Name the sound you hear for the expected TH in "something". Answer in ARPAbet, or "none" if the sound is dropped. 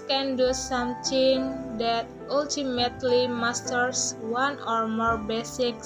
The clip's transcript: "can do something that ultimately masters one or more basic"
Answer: T